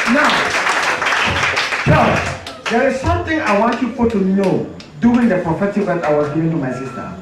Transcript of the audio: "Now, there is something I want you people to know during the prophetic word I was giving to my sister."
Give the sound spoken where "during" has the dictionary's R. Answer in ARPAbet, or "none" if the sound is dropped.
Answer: none